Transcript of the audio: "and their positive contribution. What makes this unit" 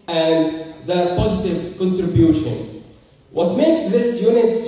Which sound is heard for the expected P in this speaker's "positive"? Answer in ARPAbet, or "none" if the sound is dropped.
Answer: P